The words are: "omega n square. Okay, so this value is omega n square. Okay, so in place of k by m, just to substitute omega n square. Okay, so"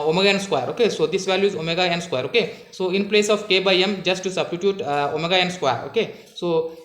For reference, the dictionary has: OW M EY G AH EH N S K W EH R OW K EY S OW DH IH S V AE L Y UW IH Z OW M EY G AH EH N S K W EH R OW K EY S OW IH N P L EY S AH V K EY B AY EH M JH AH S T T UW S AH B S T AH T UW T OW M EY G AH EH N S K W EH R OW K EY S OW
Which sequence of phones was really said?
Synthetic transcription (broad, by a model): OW M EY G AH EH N S K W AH R OW K EY S OW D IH S V AE L Y UW IH Z OW M EY G AH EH N S K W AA R OW K EY S OW IH N P L EY S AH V K EY B AY EH M JH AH S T T UW S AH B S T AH T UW T OW M EY G AH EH N S K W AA R OW K EY S OW